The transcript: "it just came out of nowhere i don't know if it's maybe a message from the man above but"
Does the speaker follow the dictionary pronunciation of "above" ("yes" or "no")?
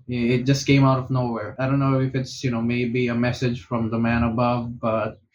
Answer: yes